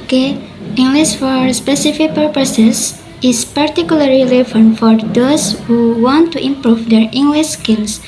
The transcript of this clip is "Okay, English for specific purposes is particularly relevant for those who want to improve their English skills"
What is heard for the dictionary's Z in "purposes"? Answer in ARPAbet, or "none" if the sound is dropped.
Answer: S